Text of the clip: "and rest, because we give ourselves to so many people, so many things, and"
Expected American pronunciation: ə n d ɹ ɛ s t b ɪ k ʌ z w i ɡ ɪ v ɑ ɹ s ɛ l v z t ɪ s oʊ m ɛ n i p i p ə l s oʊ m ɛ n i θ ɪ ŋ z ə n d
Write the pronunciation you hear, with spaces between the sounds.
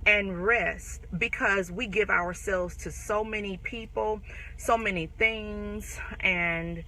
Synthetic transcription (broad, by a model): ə n ɹ ɛ s t b ɪ k ʌ z w i ɡ ɪ v ɑ ɹ s ɛ l v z t ɪ s oʊ m ɛ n i p i p l s oʊ m ɛ n i θ ɪ ŋ z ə n